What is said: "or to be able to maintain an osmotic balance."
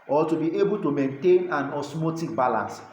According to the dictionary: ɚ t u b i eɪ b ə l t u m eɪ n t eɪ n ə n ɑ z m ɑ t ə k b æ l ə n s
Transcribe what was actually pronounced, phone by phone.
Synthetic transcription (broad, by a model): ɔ t u b i eɪ b ə l t u m eɪ n t eɪ n ə n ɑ s m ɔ t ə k b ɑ l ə n s